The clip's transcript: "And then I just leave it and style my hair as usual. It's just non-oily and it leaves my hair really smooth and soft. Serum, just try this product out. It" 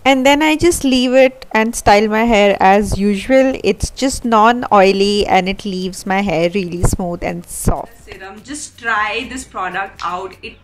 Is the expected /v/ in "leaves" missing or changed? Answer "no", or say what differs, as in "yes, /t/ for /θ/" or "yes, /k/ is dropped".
no